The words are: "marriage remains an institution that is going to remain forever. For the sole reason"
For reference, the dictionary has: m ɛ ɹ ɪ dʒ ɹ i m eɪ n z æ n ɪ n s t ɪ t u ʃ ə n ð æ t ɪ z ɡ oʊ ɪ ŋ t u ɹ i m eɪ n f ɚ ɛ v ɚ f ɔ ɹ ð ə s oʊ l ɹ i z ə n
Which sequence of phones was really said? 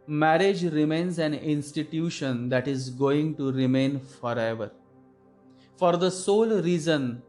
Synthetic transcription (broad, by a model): m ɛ ɹ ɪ dʒ ɹ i m eɪ n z æ n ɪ n s t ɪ t u ʃ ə n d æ t ɪ z ɡ oʊ ɪ ŋ t u ɹ i m eɪ n f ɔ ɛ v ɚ f ɔ ɹ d ə s oʊ l ɹ i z ə n